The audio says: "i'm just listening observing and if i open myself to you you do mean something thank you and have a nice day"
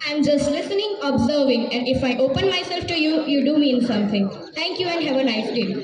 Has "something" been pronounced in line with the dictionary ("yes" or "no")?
no